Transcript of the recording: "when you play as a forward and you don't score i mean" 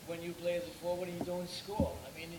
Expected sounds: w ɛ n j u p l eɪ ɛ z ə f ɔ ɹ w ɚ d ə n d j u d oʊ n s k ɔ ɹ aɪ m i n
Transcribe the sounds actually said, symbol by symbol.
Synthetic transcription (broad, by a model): w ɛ n j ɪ p l eɪ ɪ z ə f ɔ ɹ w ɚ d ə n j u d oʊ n s k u l aɪ m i n